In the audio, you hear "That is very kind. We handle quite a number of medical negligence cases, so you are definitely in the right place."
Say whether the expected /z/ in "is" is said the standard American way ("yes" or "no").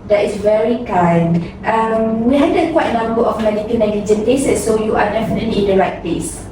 no